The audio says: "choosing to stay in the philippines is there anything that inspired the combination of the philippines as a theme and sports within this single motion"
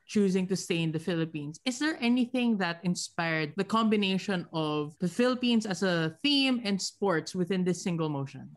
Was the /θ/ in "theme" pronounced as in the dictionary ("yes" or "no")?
yes